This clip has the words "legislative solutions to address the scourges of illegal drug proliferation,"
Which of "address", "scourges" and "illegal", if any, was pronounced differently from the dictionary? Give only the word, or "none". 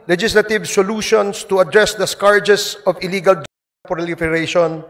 scourges